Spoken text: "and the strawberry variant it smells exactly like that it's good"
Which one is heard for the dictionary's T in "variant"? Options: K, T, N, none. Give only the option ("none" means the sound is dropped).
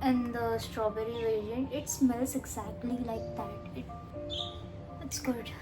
none